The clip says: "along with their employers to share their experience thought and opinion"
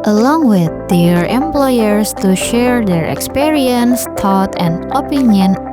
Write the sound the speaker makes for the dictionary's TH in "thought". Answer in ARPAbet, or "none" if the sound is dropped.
T